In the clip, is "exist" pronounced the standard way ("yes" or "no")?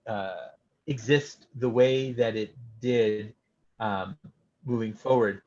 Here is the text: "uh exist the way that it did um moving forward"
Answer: yes